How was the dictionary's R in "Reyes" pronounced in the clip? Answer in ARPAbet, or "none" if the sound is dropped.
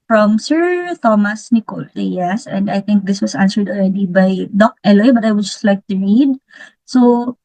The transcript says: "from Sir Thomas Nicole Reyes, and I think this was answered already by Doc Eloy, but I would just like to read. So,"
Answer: L